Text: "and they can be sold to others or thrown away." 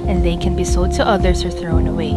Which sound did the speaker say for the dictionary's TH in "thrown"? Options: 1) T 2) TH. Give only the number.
2